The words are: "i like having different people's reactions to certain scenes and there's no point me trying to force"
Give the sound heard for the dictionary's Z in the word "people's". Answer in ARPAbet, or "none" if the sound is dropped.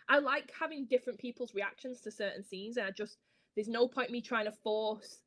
Z